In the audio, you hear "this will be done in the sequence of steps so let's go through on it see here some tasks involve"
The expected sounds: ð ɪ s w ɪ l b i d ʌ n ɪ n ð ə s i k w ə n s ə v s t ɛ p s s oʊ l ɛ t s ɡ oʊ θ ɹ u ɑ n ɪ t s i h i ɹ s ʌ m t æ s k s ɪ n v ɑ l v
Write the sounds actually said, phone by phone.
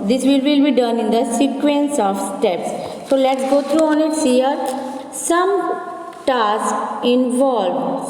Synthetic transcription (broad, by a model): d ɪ s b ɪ l b i d ʌ n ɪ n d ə s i k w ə n s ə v s t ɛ p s s oʊ l ɛ t s ɡ oʊ t ɹ u ɑ n ɪ t s i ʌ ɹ s ʌ m t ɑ s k ɪ n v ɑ l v